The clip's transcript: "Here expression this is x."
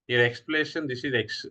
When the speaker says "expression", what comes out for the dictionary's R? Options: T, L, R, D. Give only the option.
L